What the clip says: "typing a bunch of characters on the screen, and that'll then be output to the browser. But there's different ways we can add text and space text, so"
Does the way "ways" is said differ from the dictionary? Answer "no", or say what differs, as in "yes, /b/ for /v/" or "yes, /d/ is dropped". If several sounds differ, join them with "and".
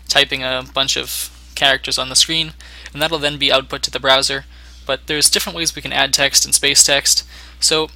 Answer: no